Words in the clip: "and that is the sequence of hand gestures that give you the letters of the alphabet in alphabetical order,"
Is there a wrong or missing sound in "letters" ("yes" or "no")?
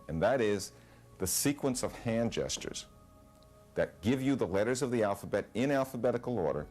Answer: no